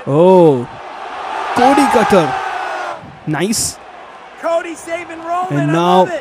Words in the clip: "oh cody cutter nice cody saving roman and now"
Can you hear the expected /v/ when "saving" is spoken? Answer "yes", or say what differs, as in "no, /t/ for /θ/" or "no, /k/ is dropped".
no, /v/ is dropped